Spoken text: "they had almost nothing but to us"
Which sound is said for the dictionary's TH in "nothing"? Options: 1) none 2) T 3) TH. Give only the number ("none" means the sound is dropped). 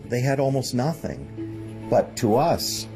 3